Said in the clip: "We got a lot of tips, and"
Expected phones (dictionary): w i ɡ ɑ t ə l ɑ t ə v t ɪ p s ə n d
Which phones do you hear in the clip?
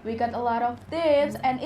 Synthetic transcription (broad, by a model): w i ɡ ɑ t ə l ɑ t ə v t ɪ s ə n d